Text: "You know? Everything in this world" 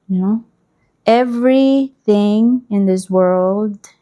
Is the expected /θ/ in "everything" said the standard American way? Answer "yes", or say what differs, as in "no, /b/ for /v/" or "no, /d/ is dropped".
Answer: yes